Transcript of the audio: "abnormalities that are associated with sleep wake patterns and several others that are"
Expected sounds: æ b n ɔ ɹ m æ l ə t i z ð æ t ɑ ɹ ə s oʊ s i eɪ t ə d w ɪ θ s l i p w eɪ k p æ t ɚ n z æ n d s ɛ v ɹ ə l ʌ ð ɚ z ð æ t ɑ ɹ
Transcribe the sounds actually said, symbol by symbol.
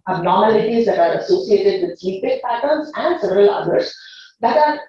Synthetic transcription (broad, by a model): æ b n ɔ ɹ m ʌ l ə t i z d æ t ɑ ɹ ə s oʊ s i eɪ t ə d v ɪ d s i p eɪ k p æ t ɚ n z æ n d s ɛ v ɹ ə l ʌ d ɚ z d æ t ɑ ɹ